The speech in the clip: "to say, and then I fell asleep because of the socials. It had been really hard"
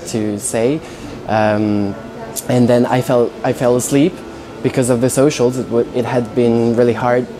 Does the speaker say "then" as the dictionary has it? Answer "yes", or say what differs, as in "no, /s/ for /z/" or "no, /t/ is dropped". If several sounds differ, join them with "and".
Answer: no, /l/ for /n/